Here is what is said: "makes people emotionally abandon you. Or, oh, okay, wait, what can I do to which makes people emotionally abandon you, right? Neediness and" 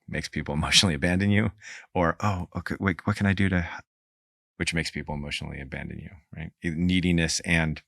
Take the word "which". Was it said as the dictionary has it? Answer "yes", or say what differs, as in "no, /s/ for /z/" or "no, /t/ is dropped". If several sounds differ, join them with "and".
yes